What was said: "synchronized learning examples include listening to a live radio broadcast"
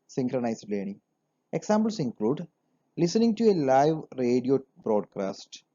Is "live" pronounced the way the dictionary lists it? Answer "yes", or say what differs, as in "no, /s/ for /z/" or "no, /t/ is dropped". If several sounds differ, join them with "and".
yes